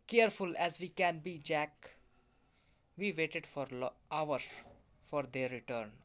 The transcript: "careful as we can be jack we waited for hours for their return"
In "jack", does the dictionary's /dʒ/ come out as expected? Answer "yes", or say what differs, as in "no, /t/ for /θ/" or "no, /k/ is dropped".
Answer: yes